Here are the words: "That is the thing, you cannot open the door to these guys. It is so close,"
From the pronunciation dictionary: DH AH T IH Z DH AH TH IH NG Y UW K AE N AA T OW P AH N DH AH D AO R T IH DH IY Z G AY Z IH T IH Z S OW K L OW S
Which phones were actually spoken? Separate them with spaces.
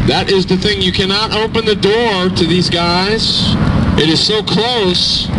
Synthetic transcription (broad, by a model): DH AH T IH Z DH AH TH IH NG Y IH K AE N AA T OW P AH N DH AH D AO R T IH DH IY Z G AY Z IH T IH Z S OW K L OW S